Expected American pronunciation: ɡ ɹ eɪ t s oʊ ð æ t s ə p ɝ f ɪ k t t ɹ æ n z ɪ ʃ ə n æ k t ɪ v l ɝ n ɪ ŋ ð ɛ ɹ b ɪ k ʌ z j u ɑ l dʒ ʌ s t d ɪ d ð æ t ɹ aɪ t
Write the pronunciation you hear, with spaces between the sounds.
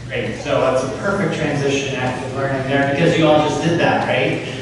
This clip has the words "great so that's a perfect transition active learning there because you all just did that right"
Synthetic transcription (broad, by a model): ɹ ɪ t s oʊ ð æ t s ə p ɝ f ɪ k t t ɹ æ n z ɪ ʃ ə n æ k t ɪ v l ɝ n ɪ ŋ ð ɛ ɹ b ɪ k ʌ z j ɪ ɑ l dʒ ʌ s d ɪ d ð æ t ɹ aɪ t